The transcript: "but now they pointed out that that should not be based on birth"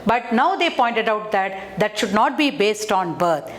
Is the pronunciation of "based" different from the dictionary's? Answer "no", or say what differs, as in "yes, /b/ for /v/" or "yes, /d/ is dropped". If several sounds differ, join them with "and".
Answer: no